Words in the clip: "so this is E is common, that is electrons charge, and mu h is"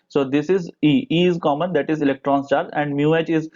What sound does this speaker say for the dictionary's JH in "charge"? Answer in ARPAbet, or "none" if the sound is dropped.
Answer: none